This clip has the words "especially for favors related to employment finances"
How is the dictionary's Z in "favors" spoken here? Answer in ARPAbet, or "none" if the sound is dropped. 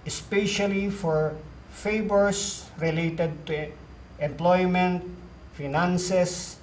S